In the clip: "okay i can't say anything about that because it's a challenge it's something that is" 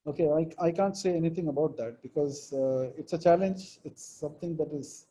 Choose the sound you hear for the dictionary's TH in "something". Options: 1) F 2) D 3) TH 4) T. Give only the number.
4